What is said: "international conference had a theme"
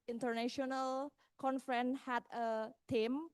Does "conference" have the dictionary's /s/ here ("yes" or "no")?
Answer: no